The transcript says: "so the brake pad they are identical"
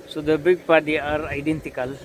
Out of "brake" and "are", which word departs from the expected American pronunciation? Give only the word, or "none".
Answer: brake